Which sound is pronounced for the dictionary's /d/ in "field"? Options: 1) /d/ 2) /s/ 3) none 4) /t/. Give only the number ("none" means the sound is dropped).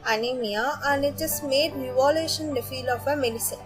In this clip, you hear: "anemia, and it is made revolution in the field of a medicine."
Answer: 3